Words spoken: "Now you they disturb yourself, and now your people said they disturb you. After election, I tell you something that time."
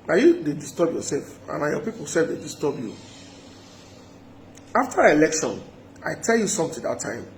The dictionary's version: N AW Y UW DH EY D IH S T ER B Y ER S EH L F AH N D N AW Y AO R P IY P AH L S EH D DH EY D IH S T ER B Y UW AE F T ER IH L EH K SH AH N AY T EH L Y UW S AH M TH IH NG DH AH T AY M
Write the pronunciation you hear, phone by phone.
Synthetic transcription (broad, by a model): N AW Y UW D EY D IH S T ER B Y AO S EH L F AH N N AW Y AO P IY P AH L S EH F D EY D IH S T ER B Y UW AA F T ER IH L EH K SH AH N AY T EH L Y UW S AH M T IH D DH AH T AY M